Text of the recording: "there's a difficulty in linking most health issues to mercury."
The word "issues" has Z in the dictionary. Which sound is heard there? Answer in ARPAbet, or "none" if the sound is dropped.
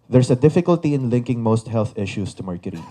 S